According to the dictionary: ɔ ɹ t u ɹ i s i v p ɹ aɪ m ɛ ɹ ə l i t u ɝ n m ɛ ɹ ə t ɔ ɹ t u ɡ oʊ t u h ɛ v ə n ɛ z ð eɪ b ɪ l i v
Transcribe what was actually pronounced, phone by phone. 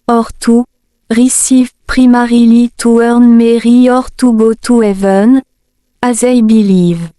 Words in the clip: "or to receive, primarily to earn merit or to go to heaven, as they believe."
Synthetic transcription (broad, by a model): ɔ ɹ t u ɹ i s i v p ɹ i m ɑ ɹ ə l i t u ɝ n m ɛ ɹ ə ɔ ɹ t u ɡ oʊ t u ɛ v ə n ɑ z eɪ b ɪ l i v